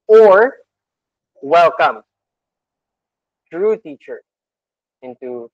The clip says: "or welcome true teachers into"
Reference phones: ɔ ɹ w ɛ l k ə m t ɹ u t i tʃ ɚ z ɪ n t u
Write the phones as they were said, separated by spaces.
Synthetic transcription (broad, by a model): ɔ ɹ w ɛ l k ə m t ɹ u t i tʃ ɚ ɪ n t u